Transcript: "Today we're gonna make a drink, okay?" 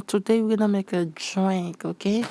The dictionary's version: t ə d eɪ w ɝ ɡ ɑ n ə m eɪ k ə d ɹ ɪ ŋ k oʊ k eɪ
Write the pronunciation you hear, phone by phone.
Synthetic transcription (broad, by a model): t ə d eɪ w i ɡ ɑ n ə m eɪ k ə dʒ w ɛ k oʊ k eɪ